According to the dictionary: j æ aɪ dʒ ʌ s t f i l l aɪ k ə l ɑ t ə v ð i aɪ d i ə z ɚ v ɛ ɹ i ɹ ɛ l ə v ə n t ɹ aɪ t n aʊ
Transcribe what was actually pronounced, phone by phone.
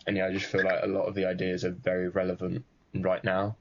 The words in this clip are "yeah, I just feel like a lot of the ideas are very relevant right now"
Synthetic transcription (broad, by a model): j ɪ aɪ dʒ ʌ s t f i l l aɪ k ə l ɑ t ə v ð i aɪ d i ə z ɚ v ɛ ɹ i ɹ ɛ l ə v ə n t ɹ aɪ t n aʊ